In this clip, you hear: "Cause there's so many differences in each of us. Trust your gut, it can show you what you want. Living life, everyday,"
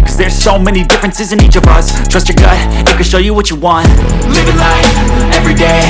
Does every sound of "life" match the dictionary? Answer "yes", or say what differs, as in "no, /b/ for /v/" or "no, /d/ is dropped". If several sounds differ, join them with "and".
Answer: no, /f/ is dropped